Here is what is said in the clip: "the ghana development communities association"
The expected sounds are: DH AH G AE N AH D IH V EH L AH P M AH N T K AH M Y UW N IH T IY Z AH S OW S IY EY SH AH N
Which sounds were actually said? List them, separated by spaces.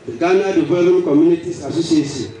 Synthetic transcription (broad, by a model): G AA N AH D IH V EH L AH M K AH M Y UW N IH T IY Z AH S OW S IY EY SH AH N